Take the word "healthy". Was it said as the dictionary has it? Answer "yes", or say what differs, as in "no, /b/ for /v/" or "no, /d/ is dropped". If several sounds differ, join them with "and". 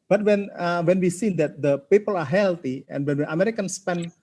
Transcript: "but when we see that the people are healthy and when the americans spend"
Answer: no, /t/ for /θ/